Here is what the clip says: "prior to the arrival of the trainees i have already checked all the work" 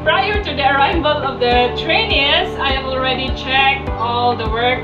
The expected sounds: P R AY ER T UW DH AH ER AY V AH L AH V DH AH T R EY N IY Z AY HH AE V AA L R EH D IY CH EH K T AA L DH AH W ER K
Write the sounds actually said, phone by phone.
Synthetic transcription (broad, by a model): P R AY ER T UW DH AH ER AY B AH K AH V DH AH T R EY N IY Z AY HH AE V AA L R EH D IY CH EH K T AA L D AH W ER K